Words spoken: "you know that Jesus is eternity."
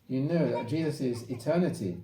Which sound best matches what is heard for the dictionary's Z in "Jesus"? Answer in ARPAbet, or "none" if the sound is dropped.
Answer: Z